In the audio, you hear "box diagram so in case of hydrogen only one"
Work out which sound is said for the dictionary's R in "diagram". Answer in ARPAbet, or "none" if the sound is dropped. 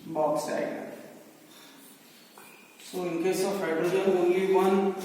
none